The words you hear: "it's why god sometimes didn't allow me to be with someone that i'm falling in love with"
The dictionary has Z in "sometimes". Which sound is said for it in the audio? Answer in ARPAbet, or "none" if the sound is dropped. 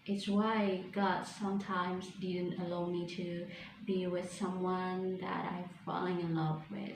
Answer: Z